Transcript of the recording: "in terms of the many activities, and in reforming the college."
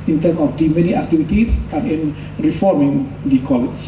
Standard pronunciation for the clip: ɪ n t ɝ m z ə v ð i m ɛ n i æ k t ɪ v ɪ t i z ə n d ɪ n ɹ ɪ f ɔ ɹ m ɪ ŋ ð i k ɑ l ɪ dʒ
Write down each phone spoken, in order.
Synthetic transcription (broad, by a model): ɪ n t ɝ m ə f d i m ɛ n i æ k t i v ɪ t i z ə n ɪ n ɹ ɪ f ɔ ɹ m ɪ ŋ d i k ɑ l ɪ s